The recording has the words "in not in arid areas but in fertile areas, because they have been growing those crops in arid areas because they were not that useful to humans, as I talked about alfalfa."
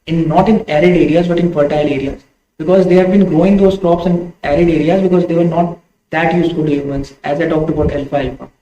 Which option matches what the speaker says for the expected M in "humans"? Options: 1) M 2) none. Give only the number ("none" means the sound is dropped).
2